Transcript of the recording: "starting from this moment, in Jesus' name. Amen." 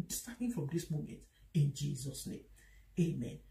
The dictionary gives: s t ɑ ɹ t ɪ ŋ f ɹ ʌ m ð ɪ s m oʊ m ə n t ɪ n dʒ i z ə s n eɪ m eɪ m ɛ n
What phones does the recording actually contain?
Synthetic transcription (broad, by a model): s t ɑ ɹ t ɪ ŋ f ɹ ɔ m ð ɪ s m oʊ m ə n t ɪ n dʒ i z ə s n eɪ m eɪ m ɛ n